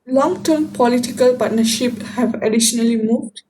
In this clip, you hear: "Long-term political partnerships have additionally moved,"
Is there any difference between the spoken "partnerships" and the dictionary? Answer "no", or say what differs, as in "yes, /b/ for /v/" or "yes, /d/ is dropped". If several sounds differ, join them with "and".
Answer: yes, /s/ is dropped